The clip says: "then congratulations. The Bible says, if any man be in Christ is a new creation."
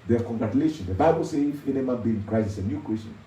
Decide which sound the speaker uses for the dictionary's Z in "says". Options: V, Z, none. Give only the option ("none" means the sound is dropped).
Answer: none